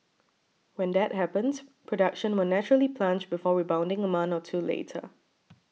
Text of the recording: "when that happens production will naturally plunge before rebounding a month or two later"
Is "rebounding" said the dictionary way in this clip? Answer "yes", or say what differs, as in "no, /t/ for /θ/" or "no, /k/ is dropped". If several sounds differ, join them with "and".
yes